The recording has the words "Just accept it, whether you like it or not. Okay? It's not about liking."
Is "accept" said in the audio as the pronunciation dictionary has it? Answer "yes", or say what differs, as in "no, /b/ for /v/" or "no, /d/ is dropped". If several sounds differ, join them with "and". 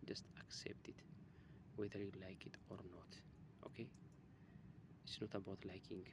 yes